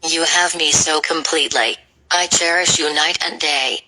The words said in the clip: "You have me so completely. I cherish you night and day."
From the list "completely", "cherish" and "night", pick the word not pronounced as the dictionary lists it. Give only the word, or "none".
none